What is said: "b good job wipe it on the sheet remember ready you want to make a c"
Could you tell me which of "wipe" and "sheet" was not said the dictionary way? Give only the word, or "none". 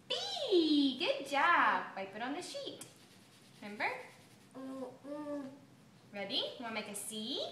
none